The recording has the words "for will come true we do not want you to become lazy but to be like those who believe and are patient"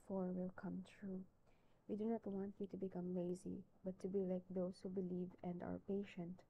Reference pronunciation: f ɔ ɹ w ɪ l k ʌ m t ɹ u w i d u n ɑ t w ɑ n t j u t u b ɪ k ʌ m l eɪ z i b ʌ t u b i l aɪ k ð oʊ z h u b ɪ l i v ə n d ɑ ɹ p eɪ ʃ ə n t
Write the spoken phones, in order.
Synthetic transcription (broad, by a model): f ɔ ɹ w ɪ l k ʌ m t ɹ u w i d u n ɑ t w ɑ n t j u t u b ɪ k ʌ m l eɪ z i b ʌ t u b i l aɪ k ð oʊ s h u b ɪ l i v ə n d ɑ ɹ p eɪ ʃ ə n t